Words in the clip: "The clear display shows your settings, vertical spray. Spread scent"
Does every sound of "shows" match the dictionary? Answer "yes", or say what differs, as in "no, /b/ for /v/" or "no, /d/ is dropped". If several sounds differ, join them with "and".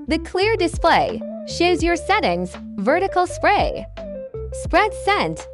yes